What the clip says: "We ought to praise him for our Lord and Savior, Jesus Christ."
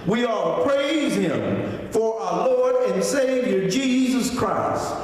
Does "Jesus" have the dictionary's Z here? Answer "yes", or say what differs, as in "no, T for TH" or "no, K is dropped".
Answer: yes